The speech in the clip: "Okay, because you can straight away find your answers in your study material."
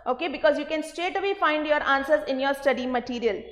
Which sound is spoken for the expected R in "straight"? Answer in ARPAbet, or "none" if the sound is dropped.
none